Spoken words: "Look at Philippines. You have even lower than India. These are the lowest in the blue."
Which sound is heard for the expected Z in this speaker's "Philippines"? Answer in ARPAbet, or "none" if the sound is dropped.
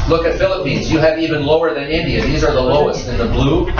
Z